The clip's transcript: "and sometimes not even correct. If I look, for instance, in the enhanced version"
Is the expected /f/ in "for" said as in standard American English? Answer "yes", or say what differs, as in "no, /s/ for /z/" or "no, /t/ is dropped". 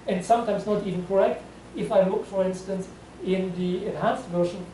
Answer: yes